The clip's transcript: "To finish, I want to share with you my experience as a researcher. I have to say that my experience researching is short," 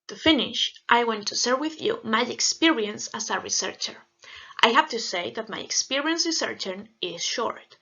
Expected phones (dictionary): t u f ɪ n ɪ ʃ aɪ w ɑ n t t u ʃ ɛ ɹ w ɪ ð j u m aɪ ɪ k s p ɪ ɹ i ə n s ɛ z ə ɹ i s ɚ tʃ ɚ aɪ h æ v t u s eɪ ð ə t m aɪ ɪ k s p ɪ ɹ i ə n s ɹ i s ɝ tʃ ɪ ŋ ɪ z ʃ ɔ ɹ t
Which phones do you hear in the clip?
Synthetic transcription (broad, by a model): t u f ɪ n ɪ ʃ aɪ w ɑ n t t u s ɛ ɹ w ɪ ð j u m aɪ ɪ k s p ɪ ɹ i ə n s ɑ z ə ɹ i s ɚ tʃ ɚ aɪ h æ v t u s eɪ ð ə t m aɪ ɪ k s p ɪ ɹ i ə n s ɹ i s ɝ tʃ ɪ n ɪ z ʃ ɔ ɹ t